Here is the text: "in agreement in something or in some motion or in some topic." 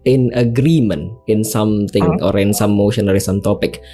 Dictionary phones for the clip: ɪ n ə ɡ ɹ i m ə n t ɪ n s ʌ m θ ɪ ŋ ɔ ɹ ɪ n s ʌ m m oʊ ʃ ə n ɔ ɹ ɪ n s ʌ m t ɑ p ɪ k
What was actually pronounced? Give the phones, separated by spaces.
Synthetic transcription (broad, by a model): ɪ n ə ɡ ɹ i m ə n ɪ n s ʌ m t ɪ ŋ ɔ ɹ ɪ n s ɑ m m oʊ ʃ ə n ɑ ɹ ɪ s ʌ m t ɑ p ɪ k